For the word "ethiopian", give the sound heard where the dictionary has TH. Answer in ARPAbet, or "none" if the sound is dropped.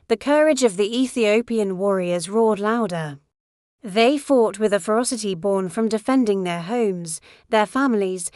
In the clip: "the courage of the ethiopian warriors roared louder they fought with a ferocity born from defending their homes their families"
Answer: TH